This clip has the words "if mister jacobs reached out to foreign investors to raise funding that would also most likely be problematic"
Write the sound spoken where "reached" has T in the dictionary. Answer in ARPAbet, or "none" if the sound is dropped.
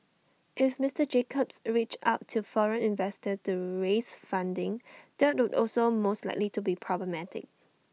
none